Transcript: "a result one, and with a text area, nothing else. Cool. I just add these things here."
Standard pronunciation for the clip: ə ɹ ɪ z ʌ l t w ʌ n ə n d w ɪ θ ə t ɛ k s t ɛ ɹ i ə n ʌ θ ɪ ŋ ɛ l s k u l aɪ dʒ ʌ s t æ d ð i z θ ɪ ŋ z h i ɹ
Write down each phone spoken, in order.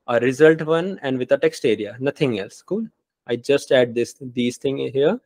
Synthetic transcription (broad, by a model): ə ɹ ɪ z ʌ l t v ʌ n ə n d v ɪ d ə t ɛ k s t ɛ ɹ i ə n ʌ t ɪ ŋ ɛ l s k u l aɪ dʒ ʌ s t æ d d i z t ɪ ŋ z h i ɹ